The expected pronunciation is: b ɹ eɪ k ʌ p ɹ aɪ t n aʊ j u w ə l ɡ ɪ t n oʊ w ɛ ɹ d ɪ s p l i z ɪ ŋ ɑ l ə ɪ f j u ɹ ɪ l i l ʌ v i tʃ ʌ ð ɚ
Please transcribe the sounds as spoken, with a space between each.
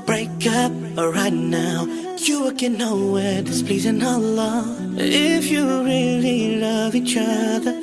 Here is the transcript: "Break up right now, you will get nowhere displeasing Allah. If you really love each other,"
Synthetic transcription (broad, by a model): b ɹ eɪ k ʌ p ɹ aɪ t n aʊ j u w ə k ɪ n oʊ w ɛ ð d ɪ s p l i z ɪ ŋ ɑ l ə ɪ f j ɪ ɹ ɪ l i l ʌ v i tʃ ʌ ð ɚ